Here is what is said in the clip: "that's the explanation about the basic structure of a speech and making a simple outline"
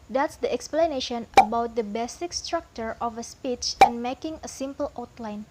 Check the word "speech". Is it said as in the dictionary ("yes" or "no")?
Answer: yes